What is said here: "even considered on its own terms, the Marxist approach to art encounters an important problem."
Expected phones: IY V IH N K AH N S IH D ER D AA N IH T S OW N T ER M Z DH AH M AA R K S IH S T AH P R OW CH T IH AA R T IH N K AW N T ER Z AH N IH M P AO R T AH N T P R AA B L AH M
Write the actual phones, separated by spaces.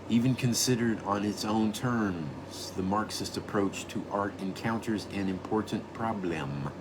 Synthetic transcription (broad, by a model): IY V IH N K AH N S IH D ER D N IH T S OW N T ER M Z DH AH M AA R K S IH S T AH P R OW CH T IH AA R T IH N K AW N T ER Z AH N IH M P AO R T N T P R AA B L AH M